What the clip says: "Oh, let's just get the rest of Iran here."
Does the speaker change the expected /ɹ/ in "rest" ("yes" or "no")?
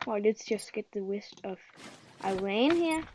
yes